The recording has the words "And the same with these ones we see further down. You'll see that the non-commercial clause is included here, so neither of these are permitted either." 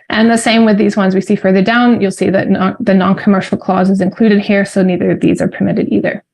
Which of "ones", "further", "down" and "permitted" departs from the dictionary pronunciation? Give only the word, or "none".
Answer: none